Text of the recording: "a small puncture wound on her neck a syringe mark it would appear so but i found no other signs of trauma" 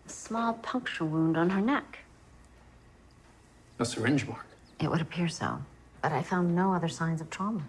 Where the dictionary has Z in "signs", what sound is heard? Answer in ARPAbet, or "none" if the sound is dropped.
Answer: Z